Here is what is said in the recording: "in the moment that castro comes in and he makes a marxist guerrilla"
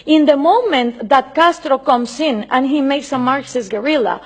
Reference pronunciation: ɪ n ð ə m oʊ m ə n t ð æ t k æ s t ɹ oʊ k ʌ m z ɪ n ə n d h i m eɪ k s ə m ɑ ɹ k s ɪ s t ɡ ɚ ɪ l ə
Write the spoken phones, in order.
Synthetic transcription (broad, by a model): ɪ n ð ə m oʊ m ə n t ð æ t k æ s t ɹ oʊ k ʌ m s ɪ n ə n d h i m eɪ k s ə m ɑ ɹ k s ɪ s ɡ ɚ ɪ l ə